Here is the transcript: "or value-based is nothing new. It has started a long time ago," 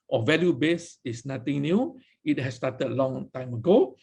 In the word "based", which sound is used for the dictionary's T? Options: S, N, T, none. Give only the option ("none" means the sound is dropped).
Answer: none